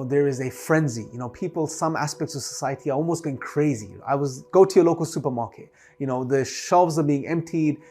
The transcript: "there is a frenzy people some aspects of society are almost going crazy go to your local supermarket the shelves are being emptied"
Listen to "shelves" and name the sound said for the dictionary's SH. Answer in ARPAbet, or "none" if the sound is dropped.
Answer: SH